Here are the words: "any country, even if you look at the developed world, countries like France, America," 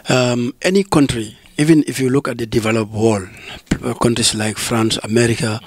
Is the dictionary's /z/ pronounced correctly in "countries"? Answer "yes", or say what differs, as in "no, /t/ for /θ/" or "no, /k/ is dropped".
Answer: no, /s/ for /z/